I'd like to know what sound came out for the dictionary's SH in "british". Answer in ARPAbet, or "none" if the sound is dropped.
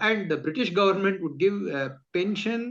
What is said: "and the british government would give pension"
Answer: SH